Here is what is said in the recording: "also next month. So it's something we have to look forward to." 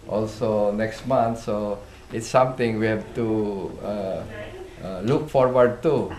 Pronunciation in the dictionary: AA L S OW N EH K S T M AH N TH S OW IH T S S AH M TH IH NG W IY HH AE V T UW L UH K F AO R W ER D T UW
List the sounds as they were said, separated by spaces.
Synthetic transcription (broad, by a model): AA L S OW N EH K S T M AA N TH S OW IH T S S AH M T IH NG W IY HH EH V T UW L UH K F AO R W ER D T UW